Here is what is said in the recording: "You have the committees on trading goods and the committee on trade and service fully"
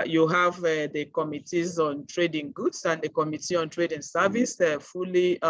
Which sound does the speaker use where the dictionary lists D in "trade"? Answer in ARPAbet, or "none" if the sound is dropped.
D